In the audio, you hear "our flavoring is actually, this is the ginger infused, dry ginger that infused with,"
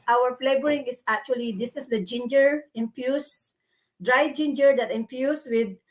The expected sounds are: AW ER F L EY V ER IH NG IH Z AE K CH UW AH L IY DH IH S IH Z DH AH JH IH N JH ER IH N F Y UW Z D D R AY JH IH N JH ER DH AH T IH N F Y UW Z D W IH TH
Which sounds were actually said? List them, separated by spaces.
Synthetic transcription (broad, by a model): AW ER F L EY B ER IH NG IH S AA K CH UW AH L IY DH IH S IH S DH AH JH IH N JH ER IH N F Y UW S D D R AY JH IH N JH ER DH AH T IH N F Y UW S W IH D